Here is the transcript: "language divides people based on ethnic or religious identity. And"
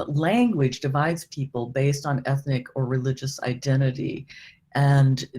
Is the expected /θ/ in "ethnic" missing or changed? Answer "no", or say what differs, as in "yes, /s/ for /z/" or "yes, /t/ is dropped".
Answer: no